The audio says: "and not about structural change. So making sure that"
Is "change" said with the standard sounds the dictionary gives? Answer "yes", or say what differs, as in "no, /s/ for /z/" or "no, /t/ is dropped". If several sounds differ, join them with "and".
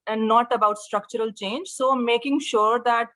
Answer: yes